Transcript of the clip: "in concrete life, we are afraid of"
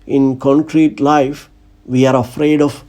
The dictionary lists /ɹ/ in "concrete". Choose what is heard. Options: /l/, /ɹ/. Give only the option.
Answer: /ɹ/